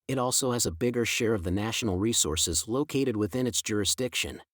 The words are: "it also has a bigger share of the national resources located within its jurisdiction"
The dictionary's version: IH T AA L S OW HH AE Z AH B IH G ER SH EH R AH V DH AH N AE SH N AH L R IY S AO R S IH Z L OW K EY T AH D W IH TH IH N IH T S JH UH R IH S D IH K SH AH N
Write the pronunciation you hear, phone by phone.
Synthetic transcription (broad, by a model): IH T AA L S OW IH Z AH B IH G ER SH EH R AH V DH AH N AE SH N L R IY S AO R S IH Z L OW K EY T AH D W IH TH IH N IH T S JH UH R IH S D IH K SH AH N